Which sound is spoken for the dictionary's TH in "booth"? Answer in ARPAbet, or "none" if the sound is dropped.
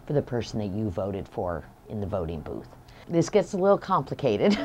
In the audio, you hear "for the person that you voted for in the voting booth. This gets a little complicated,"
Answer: TH